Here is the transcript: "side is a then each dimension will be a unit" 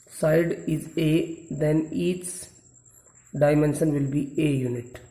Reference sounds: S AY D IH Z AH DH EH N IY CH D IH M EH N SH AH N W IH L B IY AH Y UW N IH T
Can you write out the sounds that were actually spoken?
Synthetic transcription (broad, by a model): S AY D IH Z AH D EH N IY S D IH M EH N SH AH N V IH L B IY AH Y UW N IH T